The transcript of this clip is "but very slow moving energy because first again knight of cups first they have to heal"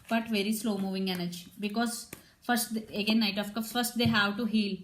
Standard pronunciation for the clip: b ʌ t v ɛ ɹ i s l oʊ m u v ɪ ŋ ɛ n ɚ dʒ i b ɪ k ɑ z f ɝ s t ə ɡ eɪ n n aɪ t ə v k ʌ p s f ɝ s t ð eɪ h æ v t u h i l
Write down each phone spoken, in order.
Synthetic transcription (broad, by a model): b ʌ t v ɛ ɹ i s l oʊ m u v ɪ ŋ ɛ n ɚ dʒ i b ɪ k ɑ z f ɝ s t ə ɡ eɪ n n aɪ t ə f k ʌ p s f ɝ s t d eɪ h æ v t u h i l